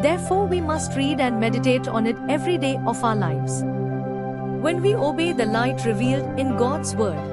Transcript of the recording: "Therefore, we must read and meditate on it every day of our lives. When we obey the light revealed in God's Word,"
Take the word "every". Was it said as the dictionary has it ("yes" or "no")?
yes